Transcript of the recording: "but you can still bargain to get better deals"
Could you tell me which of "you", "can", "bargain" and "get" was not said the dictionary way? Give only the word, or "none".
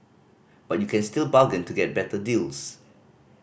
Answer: bargain